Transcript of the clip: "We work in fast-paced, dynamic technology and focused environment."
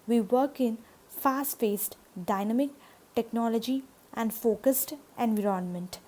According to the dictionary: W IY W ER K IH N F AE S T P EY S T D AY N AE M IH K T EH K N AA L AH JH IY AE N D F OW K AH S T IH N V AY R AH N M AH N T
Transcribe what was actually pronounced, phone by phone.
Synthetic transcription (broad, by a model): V IY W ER K IH N F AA S T F EY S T D AY N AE M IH K T EH K N AA L AH JH IY AE N D F OW K AH S T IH N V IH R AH N M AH N T